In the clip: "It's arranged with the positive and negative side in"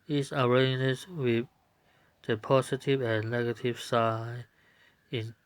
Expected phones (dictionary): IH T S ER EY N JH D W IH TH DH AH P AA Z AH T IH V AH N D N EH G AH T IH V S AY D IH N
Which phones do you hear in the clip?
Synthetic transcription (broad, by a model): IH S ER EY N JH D W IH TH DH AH P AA S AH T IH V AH N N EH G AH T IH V S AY IH N